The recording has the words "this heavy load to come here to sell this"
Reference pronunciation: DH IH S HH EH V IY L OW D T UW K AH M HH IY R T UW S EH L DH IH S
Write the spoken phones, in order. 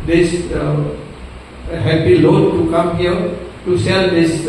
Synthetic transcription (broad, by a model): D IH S HH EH P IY L OW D T UW K AH M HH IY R T UW S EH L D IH S